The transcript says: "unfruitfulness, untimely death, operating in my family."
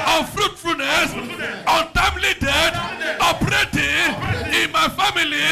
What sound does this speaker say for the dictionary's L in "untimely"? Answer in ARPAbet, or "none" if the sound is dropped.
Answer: L